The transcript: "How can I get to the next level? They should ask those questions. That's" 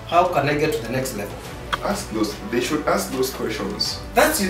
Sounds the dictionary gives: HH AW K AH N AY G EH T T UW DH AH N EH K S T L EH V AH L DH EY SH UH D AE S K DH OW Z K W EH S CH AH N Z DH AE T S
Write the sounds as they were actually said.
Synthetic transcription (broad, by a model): HH AW K AH N AY G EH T T UW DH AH N EH K S T L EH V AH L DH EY SH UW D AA S K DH OW S K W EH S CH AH N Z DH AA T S